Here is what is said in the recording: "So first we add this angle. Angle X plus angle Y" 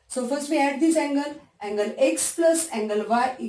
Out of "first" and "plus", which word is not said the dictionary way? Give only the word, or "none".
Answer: none